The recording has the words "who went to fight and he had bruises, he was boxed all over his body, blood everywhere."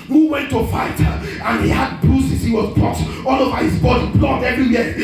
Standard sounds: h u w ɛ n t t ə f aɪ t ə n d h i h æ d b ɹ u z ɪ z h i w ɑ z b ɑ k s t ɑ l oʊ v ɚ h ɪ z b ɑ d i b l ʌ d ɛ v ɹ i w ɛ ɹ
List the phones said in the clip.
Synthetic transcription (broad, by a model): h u w ɛ n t t ə f aɪ t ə n h i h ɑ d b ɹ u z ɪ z h i w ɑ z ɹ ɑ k t ɑ l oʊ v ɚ h ɪ z b ɑ d i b l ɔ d ɛ v ɹ i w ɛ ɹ